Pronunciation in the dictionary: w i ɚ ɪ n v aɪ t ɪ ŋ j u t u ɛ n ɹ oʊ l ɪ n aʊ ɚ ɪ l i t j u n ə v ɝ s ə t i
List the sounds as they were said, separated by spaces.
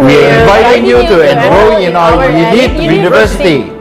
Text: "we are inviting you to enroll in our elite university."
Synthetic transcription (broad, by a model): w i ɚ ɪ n v aɪ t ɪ ŋ j u t u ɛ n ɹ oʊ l ɪ n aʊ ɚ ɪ n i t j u n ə v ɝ s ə t i